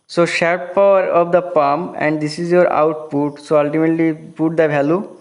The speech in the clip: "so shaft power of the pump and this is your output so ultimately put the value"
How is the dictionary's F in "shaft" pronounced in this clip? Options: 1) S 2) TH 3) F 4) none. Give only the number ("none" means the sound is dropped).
4